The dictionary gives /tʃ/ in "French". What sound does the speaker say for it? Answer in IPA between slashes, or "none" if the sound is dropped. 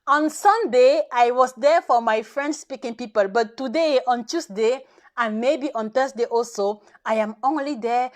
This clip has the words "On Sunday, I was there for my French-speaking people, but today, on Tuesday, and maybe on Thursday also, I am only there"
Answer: /s/